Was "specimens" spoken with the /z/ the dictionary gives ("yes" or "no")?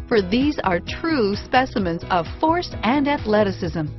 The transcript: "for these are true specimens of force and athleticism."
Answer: yes